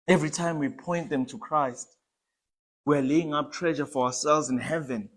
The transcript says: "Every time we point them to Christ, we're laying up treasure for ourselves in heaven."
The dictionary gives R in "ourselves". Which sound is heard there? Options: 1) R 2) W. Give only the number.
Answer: 2